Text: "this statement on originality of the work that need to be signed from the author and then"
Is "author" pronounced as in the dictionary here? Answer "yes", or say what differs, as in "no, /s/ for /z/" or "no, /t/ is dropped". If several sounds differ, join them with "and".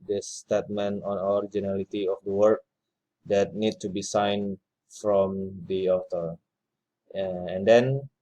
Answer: no, /t/ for /θ/